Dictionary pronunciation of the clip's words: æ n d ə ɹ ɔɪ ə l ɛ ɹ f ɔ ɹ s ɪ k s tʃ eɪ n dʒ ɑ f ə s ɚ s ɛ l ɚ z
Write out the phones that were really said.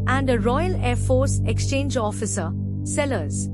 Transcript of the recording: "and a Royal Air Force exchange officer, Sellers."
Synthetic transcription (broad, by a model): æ n d ə ɹ ɔɪ ə l ɛ ɹ f ɔ ɹ s ɪ k s tʃ eɪ n dʒ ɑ f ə s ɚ s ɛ l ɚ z